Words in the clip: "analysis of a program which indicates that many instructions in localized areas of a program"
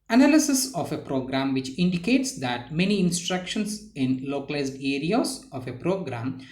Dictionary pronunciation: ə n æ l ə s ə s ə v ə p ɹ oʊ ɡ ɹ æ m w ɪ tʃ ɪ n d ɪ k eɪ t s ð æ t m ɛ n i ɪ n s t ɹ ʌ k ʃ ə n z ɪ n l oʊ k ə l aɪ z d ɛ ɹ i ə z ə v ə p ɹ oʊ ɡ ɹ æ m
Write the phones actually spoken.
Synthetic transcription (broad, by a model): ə n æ l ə s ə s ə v ə p ɹ oʊ ɡ ɹ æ m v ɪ tʃ ɪ n d ɪ k eɪ t s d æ t m ɛ n i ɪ n s t ɹ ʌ k ʃ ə n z ɪ n l oʊ k ə l aɪ z d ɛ ɹ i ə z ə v ə p ɹ oʊ ɡ ɹ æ m